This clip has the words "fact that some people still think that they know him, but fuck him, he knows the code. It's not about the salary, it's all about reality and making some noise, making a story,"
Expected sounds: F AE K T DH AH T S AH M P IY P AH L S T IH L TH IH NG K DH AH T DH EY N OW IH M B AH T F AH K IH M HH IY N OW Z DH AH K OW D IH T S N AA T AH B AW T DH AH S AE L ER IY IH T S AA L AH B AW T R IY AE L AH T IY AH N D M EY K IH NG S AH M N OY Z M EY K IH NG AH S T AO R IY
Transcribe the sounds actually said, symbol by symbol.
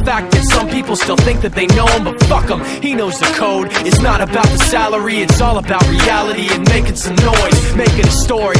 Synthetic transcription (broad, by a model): F AE K DH AH T S AH M P IY P L S T IH L TH IH NG K DH AH T DH EY N OW IH M B AH T F AH K IH M HH IY N OW Z DH AH K OW D IH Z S N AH T AH B AW T DH AH S AE L ER IY IH T S AA L AH B AW T R IY AE L AH T IY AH N M EY K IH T S AH M N OY Z M EY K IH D AH S T AO R IY